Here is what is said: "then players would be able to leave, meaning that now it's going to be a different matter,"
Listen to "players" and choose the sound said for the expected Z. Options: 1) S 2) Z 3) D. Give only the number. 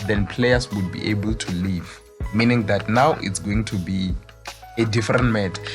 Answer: 1